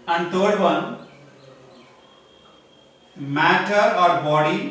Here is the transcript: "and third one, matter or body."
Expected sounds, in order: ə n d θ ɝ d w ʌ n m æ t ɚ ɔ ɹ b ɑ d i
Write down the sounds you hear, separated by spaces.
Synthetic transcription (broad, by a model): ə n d t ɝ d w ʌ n m æ t ɚ ɔ ɹ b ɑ d i